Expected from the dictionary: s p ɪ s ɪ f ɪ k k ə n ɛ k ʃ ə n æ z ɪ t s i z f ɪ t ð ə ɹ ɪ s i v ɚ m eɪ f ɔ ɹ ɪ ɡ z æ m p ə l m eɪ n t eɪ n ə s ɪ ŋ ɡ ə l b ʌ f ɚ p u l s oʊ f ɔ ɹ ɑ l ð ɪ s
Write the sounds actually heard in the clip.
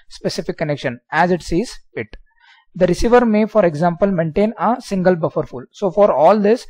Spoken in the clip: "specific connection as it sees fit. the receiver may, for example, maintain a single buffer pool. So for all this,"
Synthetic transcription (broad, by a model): s p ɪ s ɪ f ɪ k k ə n ɛ k ʃ ə n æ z ɪ t s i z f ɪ t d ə ɹ ɪ s i v ɚ m eɪ f ɔ ɹ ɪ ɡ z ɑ m p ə l m eɪ n t eɪ n ə s ɪ ŋ ɡ ə l b ʌ f ɚ f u l s oʊ f ɔ ɹ ɑ l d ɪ s